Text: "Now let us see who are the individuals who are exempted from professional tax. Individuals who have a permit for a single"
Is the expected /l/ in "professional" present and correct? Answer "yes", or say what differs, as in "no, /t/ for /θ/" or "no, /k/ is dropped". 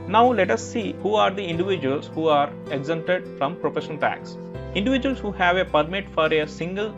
no, /n/ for /l/